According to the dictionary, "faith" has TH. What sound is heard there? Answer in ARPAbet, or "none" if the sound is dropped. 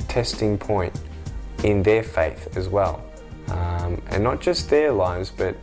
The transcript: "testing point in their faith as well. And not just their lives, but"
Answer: TH